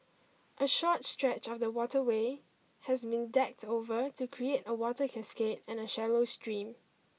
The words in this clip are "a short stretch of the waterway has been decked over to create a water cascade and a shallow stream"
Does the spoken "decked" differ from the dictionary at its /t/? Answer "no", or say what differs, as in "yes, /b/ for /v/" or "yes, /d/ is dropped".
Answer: no